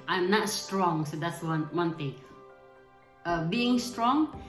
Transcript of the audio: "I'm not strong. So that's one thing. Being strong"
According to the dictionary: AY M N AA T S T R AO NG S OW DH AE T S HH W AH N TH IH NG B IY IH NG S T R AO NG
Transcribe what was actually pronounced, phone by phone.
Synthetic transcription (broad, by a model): AY M N AA T S T R AO NG S OW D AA T S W W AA N T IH NG B IY IH NG S T R AO NG